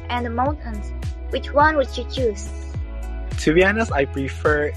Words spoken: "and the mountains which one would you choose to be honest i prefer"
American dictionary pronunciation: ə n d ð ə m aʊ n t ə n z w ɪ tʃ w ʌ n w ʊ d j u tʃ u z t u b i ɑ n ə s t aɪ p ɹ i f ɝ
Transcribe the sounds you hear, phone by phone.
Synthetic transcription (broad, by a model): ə n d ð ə m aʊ n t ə n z w ɪ tʃ w ʌ n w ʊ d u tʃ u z t u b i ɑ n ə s aɪ p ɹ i f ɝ